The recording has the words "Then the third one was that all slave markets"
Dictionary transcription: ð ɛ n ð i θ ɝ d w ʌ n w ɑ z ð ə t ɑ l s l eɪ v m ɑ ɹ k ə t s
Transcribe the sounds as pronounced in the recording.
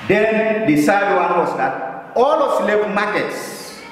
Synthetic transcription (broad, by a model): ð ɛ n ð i s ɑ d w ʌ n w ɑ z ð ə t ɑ l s l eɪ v m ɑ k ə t s